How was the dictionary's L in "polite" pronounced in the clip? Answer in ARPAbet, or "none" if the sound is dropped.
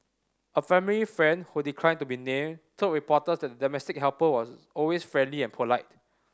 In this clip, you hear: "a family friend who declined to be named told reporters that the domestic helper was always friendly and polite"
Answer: L